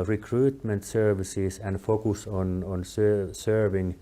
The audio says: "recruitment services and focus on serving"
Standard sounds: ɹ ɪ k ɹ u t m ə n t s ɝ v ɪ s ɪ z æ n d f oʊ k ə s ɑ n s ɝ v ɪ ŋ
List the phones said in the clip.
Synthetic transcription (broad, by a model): ɹ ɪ k ɹ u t m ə n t s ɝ v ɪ s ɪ s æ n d f oʊ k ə s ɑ n s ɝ v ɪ ŋ